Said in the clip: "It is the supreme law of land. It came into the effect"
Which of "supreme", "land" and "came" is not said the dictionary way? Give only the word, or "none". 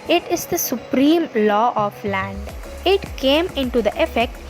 none